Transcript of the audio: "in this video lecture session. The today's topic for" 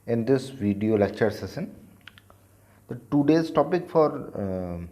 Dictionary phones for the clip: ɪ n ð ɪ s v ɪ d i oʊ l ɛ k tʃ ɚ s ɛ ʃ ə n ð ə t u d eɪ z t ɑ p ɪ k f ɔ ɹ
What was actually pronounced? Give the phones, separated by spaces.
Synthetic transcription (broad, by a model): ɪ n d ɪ s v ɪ d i oʊ l ɛ k tʃ ɚ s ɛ s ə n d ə t u d eɪ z t ɑ p ɪ k f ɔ ɹ